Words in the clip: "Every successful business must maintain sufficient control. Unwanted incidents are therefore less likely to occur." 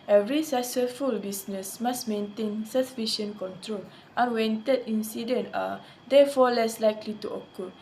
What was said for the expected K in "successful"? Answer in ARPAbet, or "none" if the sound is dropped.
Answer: none